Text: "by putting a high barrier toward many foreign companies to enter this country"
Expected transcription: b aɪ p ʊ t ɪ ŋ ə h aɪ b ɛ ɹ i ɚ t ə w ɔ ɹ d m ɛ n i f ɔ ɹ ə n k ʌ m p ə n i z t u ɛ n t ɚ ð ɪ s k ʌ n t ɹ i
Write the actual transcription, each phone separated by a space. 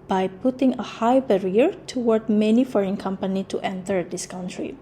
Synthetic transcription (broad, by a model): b aɪ p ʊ t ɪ ŋ ə h aɪ b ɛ ɹ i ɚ t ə w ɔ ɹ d m ɛ n i f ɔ ɹ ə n k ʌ m p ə n i t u ɛ n t ɚ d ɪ s k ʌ n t ɹ i